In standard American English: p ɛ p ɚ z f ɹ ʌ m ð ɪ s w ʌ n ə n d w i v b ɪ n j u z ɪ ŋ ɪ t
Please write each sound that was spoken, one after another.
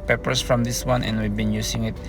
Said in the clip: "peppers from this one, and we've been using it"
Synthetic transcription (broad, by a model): p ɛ p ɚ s f ɹ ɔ m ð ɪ s w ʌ n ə n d w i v b ɪ n j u s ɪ ŋ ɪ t